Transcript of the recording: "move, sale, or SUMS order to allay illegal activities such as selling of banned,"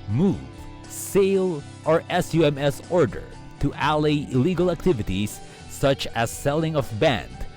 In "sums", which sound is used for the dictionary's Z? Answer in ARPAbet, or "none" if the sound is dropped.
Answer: S